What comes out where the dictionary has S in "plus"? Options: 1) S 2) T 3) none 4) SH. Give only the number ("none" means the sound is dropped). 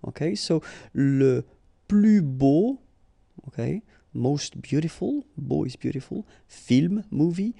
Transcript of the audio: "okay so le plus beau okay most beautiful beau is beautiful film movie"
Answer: 3